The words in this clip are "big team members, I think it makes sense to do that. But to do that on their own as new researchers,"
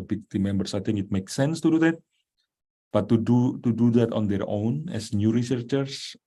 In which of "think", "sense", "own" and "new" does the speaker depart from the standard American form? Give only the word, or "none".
think